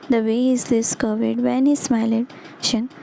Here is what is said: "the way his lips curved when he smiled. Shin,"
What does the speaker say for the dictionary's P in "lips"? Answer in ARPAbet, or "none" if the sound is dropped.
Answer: none